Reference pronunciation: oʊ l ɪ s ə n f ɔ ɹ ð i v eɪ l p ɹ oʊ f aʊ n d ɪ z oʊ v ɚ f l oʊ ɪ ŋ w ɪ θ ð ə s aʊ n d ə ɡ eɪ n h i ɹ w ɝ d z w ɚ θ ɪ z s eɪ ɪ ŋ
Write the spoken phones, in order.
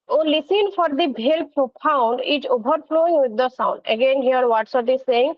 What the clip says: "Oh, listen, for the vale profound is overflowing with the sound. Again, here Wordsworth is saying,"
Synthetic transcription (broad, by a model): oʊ l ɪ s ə n f ɔ ɹ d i b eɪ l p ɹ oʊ p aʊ n d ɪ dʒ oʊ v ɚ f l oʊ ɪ ŋ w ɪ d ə s aʊ n d ə ɡ eɪ n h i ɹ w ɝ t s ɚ t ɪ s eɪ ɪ ŋ